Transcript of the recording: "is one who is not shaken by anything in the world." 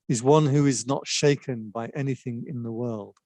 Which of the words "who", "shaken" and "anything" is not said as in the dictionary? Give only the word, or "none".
none